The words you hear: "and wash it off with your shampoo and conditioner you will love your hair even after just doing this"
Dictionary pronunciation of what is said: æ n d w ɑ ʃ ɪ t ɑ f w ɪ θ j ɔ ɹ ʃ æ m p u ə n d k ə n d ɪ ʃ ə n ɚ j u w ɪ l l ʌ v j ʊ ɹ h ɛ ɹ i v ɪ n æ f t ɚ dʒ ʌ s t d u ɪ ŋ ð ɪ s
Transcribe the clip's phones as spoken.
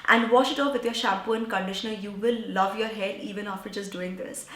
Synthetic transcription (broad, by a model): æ n d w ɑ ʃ ɪ t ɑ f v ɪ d j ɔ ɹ ʃ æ p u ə n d k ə n d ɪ ʃ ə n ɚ j u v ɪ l l ʌ v j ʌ ɹ h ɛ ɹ i v ɪ n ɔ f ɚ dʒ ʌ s d u ɪ ŋ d ɪ s